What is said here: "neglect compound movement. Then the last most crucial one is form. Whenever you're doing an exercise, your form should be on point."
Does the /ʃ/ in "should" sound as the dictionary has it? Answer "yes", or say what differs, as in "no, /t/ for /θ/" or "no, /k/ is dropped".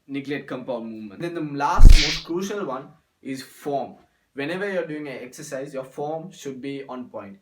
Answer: yes